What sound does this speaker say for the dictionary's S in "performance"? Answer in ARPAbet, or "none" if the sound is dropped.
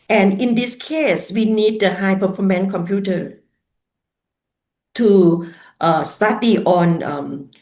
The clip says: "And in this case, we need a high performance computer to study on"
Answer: none